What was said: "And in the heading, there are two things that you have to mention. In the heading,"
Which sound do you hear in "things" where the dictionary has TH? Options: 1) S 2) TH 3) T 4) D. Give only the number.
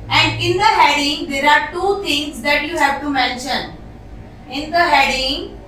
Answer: 3